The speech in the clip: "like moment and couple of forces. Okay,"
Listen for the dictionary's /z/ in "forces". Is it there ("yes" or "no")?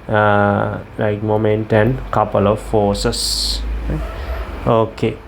no